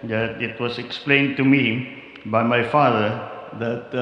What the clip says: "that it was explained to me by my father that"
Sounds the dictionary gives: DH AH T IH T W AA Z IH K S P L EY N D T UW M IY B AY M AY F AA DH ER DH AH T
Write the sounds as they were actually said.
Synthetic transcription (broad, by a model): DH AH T IH T W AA S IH K S P L EY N T UW M IY B AY M AY F AA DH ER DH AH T